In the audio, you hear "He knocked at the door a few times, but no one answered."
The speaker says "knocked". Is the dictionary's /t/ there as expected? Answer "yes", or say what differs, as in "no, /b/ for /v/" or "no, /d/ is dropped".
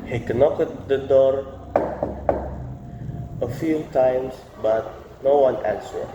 no, /t/ is dropped